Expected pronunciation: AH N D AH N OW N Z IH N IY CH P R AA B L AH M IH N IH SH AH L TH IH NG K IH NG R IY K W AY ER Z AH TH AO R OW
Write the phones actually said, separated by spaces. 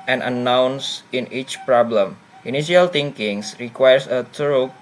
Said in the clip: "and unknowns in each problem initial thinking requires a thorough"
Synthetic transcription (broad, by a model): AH N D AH N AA N S IH N IY CH P R AA B L AH M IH N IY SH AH L T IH NG K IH NG R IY K W AY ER S AH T R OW